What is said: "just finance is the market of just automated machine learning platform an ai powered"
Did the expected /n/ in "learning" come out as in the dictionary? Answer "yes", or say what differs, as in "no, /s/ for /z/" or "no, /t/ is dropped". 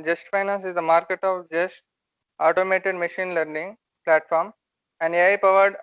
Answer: yes